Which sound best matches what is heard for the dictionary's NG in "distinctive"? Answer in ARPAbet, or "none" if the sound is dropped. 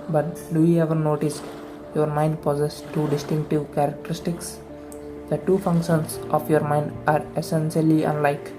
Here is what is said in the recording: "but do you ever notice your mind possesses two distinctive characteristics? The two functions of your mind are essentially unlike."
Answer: NG